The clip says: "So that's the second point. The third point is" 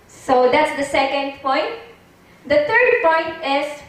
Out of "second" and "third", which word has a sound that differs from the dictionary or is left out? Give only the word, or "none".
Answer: third